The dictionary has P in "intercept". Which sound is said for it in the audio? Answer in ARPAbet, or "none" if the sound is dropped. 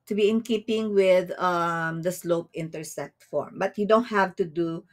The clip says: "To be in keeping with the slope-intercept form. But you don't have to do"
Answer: none